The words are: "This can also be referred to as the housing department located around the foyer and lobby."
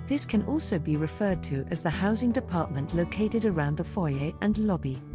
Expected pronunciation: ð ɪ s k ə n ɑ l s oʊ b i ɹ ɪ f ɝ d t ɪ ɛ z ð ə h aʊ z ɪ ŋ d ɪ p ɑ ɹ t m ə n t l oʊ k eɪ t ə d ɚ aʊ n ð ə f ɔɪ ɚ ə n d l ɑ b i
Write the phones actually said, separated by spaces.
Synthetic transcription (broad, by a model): ð ɪ s k ə n ɑ l s oʊ b i ɹ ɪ f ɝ d t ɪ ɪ z ð ə h aʊ z ɪ ŋ d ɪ p ɑ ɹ t m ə n t l oʊ k eɪ t ə d ɚ aʊ n ð ə f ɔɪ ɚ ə n l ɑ b i